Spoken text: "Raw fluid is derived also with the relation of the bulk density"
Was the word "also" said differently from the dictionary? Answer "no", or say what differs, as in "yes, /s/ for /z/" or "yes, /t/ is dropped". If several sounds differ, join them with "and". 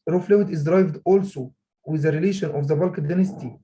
no